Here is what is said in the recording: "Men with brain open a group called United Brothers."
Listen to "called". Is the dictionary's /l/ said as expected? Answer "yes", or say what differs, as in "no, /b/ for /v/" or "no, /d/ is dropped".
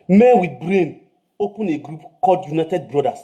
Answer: no, /l/ is dropped